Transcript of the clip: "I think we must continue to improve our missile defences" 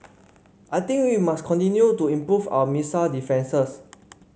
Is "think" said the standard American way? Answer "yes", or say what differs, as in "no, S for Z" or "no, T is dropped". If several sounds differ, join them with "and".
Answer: no, T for TH